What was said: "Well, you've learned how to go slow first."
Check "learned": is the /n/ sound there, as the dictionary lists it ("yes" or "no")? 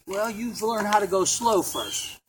yes